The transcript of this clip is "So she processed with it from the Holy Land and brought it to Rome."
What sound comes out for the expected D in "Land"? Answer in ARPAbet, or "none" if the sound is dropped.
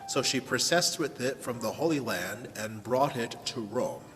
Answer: D